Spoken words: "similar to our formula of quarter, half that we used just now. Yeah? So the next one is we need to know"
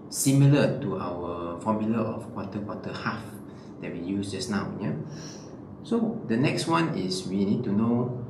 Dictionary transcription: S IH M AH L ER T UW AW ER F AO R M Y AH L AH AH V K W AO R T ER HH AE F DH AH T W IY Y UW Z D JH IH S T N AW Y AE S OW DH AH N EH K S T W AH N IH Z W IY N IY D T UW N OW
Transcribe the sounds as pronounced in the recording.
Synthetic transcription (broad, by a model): S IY M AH L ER T UW AW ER F AO M Y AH L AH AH F K W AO W T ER HH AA F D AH T W IY Y UW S JH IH S N AW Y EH S OW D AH N EH K S T W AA N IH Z W IY N IY D T UW N OW